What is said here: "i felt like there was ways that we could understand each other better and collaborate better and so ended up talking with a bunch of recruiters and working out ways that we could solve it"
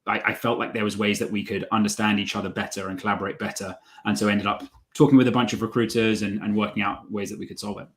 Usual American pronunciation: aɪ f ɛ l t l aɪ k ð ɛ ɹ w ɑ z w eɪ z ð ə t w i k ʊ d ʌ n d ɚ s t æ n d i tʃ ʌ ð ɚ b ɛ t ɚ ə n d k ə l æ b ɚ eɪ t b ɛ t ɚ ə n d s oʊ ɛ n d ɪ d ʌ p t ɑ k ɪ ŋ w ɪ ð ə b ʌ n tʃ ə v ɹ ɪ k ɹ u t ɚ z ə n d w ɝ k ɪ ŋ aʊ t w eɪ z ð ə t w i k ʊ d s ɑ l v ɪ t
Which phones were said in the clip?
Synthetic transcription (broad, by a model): aɪ f ɛ l t l aɪ k ð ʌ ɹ w ɑ z w eɪ z ð ə t w i k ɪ d ʌ n d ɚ s t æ n d i tʃ ʌ ð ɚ b ɛ t ɚ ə n k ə l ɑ b ɚ eɪ t b ɛ t ɚ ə n s oʊ ɛ n d ɪ d ʌ p t ɑ k ɪ ŋ w ɪ ð ə b ʌ n tʃ ə v ɹ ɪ k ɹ u t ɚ z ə n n w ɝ k ɪ ŋ aʊ t w eɪ z ð ə t w i k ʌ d s ɑ l v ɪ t